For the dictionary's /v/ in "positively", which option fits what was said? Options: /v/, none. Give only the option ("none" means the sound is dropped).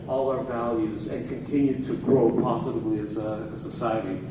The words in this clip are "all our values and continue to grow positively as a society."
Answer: /v/